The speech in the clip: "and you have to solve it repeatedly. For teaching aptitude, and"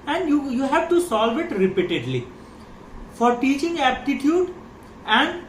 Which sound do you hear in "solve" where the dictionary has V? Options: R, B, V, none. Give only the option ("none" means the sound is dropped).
V